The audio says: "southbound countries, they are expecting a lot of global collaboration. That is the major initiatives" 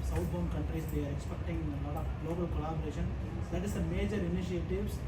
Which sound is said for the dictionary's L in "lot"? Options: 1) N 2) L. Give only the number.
1